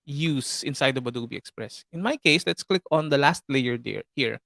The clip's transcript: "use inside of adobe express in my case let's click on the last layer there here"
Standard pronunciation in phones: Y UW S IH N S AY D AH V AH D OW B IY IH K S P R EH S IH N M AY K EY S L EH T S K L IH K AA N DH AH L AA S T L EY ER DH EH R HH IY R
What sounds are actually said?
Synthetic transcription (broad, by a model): Y UW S IH N S AY D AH B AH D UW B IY IH K S P R EH S IH N M AY K EY S L EH T S K L IH K AA N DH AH L AA S T L EY ER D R HH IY R